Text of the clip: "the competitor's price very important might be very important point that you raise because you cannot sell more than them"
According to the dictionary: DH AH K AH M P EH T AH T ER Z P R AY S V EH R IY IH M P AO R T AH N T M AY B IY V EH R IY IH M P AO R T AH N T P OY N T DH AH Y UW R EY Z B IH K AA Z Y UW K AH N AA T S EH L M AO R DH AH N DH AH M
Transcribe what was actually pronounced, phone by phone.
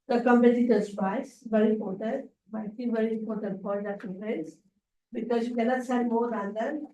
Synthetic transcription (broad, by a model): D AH K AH M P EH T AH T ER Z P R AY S V EH R IY IH M P AO R T AH N T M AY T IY V EH R IY IH M P AO R T AH N T F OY T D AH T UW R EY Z B IH K AA Z Y UW K AH N AA T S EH M AO R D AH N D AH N